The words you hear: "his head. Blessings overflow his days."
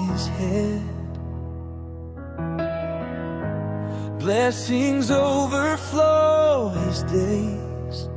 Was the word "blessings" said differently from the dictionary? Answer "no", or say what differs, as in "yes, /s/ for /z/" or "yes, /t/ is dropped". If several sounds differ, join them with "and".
no